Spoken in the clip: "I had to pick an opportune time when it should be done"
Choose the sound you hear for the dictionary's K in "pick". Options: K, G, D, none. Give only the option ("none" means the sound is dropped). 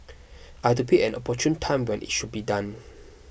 none